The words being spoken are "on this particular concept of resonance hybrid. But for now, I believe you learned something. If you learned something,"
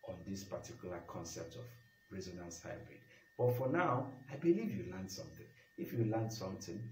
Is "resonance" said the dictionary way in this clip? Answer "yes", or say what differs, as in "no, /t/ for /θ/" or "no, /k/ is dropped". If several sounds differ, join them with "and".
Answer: yes